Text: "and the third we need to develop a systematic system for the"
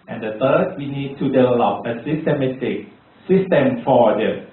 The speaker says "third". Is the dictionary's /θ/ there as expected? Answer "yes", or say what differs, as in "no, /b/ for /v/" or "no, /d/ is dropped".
no, /t/ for /θ/